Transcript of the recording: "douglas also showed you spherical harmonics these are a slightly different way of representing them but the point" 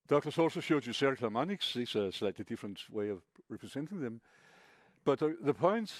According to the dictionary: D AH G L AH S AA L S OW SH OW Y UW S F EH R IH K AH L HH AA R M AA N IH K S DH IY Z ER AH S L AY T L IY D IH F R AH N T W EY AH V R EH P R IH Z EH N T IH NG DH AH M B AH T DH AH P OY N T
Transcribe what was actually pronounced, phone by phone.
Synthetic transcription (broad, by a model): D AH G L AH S AA L S OW SH OW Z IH S EH R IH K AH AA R M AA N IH K S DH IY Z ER AH S L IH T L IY D IH F R AH N T W EY AH V R EH P R IH Z EH N T IH NG DH AH M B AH T DH AH P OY N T